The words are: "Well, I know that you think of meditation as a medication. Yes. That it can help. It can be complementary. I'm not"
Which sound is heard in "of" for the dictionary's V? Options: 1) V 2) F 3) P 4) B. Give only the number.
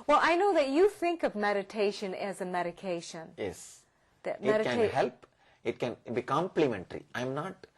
1